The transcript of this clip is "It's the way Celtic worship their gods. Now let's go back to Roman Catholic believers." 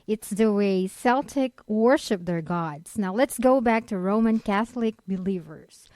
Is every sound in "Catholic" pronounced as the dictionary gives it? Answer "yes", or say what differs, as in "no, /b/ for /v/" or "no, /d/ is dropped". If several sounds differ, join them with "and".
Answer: yes